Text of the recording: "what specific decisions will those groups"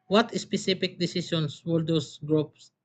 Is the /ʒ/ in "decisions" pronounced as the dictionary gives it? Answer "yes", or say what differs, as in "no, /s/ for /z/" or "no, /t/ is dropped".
no, /s/ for /ʒ/